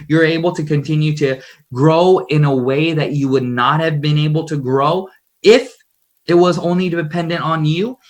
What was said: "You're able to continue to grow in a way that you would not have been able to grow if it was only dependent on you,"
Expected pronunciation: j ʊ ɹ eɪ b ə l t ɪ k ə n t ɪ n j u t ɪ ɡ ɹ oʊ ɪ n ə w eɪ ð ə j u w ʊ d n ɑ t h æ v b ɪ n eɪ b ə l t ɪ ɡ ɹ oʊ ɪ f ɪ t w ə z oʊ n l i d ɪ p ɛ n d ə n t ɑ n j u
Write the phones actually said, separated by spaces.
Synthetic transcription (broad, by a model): j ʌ ɹ eɪ b l t ɪ k ə n t ɪ n j u t ɪ ɡ ɹ oʊ ɪ n ə w eɪ ð ə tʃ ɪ w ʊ d n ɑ t h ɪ v b ɪ n eɪ b l t ɪ ɡ ɹ oʊ ɪ f ɪ t w ə z oʊ n l i d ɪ p ɛ n d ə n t n j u